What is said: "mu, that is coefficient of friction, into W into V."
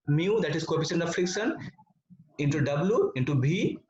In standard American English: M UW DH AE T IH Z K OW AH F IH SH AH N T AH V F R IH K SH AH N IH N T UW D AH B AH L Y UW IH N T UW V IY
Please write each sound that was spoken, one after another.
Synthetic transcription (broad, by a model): M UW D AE T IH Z K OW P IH S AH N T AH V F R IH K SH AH N IH N T UW D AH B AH L Y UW IH N T UW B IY